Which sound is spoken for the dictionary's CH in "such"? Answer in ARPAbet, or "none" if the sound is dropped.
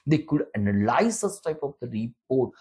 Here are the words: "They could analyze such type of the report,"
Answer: S